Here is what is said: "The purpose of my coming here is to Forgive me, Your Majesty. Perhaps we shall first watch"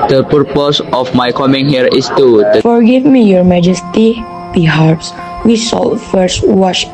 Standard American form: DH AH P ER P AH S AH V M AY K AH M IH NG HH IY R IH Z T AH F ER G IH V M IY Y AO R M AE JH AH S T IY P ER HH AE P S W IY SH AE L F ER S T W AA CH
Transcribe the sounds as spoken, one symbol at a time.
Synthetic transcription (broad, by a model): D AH P ER P AH S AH F M AY K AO M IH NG HH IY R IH S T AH F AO G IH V M IY Y AO R M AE JH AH S T IY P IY HH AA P S W IY S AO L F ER S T W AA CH